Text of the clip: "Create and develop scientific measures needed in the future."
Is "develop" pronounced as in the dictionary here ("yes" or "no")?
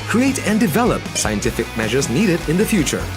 yes